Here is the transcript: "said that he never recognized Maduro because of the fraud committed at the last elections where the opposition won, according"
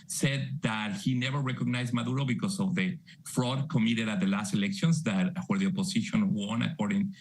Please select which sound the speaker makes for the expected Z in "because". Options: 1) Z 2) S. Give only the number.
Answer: 2